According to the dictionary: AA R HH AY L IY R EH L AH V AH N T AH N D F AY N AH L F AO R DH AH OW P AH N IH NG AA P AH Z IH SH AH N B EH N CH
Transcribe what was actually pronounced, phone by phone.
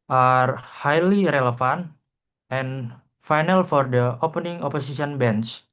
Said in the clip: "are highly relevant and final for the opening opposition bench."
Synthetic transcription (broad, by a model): AA R HH AY L IY R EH L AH F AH N T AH N F AY N AH L F AO R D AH OW P AH N IH NG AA P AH S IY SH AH N B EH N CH